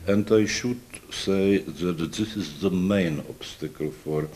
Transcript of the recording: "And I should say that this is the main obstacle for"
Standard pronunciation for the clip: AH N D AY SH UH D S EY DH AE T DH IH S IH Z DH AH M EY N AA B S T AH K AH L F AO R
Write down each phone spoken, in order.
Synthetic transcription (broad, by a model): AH N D AY SH UH D S EY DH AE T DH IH S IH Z DH AH M EY N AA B S T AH K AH L F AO R